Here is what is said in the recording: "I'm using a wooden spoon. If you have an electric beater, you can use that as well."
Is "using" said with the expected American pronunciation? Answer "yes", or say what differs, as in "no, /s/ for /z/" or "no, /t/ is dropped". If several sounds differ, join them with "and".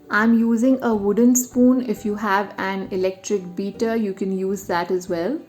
yes